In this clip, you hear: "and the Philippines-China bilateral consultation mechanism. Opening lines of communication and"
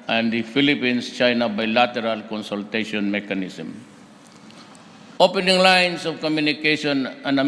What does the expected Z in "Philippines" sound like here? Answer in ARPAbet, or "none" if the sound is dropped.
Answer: S